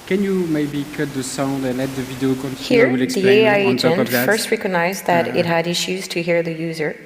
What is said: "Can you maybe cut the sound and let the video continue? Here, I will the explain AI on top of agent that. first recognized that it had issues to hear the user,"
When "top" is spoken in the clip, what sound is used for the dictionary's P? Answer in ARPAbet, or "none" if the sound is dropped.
none